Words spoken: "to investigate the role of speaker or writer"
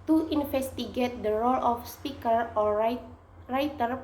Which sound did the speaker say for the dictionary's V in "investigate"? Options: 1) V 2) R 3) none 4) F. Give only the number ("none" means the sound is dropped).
4